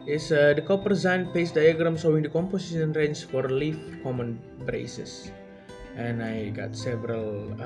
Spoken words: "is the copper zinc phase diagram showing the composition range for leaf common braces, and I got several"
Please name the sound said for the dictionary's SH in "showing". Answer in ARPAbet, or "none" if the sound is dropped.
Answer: S